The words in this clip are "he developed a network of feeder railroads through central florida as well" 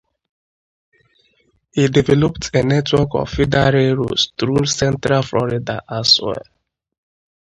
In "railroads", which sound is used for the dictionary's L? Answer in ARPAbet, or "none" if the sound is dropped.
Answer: none